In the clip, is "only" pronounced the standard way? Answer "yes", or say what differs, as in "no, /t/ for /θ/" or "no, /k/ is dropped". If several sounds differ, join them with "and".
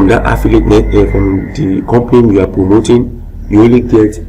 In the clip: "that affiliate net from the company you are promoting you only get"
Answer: no, /n/ is dropped